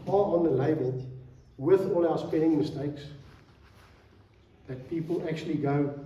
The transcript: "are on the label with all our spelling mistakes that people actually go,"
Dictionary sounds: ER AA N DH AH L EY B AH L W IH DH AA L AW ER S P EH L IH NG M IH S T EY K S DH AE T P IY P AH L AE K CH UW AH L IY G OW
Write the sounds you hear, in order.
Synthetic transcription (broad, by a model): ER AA N DH AH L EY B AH N W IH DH AA L AW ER S P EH N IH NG M IH S T EY K S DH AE T P IY P AH L AE K CH UW AH L IY G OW